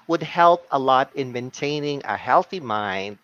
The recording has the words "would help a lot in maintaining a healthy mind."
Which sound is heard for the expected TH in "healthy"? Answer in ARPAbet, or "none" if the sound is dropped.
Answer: TH